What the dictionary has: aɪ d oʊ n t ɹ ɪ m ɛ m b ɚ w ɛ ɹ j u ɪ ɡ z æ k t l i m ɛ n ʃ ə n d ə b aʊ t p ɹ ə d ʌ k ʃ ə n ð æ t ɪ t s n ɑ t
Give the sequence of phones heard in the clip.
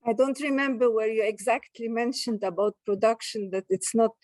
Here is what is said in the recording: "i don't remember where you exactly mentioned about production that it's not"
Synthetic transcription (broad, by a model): aɪ d oʊ n t ɹ ɪ m ɛ m b ɚ w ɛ ɹ j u ɪ ɡ z æ k t l i m ɛ n ʃ ə n d ə b aʊ t p ɹ ə d ʌ k ʃ ə n ð æ t ɪ t s n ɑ t